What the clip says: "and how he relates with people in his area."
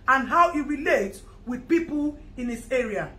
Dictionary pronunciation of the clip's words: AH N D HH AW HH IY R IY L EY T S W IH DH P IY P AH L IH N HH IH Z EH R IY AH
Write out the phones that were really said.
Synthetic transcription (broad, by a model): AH N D HH AW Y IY R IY L EY T W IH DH P IY P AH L IH N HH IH S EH R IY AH